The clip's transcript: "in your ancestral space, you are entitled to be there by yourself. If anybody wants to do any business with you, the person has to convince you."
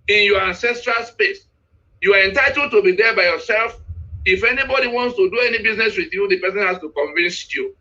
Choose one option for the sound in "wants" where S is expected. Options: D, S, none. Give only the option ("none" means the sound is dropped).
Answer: S